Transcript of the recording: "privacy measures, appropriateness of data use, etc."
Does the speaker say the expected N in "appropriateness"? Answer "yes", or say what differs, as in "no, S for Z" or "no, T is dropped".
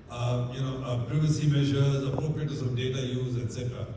no, N is dropped